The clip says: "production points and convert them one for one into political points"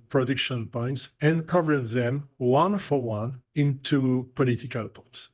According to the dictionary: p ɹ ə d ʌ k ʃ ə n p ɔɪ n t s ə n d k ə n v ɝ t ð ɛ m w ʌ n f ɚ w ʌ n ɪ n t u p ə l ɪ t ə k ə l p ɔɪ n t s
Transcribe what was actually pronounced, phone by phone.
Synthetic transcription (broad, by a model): p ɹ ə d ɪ k ʃ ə n p ɔɪ n t s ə n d k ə v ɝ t ð ɛ m w ʌ n f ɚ w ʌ n ɪ n t u p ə l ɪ t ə k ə l p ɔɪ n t s